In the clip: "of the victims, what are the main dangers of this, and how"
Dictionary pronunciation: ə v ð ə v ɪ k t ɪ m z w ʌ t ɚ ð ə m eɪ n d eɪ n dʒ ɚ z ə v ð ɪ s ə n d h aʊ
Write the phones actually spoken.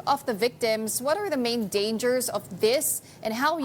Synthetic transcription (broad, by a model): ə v ð ə v ɪ k t ɪ m z w ʌ t ɚ ð ə m eɪ n d eɪ n dʒ ɚ z ə v ð ɪ s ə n h aʊ